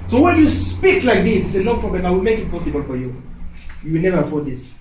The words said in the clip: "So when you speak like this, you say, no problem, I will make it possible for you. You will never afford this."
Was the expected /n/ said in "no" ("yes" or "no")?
no